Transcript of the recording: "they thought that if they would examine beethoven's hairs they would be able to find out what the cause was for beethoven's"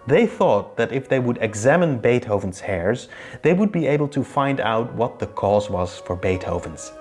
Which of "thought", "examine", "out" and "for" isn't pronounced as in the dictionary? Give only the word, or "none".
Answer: none